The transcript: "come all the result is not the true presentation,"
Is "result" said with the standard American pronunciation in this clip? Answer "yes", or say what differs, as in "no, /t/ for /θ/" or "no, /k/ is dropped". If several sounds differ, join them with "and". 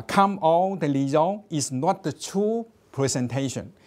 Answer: no, /l/ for /ɹ/ and /t/ is dropped